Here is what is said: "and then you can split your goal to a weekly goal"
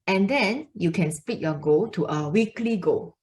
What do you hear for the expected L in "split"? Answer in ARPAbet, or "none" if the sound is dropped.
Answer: none